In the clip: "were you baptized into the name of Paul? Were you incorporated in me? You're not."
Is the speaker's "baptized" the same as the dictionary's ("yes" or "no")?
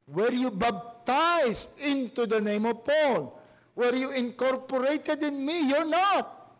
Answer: no